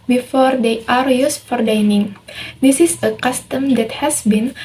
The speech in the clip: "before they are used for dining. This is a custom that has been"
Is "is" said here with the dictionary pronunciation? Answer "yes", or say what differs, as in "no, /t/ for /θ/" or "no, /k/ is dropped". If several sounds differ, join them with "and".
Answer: no, /s/ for /z/